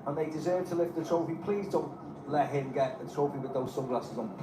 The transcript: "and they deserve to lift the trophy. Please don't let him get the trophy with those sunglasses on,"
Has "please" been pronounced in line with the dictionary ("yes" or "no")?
yes